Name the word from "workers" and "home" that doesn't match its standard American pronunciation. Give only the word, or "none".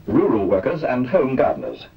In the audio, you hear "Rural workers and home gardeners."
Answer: none